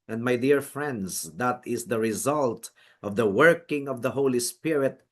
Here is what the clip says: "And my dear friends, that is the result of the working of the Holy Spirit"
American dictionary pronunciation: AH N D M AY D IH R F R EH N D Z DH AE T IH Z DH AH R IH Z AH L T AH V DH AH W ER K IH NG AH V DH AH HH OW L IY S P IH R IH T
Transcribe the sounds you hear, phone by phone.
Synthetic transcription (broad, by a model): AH N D M AY D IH R F R EH N D Z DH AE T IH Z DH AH R IH Z AH L T AH V DH AH W ER K IH NG AH V DH AH HH OW L IY S P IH R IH T